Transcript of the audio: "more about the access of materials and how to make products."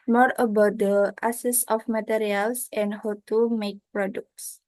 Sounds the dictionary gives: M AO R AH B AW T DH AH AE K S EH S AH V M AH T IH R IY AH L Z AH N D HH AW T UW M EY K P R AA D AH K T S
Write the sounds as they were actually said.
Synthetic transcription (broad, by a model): M AO R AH B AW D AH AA S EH S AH F M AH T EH R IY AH L S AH N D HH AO T UW M EY K P R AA D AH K T S